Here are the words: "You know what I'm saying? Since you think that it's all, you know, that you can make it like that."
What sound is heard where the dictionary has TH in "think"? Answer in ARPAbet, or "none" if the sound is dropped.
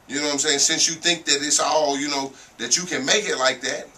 TH